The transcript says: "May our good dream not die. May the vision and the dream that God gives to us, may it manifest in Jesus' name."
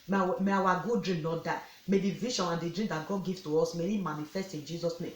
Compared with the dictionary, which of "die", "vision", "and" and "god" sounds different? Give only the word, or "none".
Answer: vision